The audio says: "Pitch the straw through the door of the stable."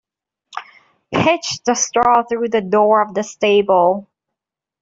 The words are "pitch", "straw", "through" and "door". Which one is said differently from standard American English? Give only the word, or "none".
none